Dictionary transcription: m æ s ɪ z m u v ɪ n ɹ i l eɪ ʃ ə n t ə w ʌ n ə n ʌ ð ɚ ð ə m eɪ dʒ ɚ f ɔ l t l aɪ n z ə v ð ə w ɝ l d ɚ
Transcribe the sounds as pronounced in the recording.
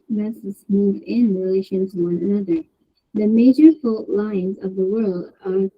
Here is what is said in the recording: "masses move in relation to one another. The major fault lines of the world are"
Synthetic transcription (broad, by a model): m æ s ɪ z m u v ɪ n ɹ i l eɪ ʃ ə n t ə w ʌ n ə n ʌ ð ɚ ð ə m eɪ dʒ ɚ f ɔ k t l aɪ n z ə v ð ə w ɝ l d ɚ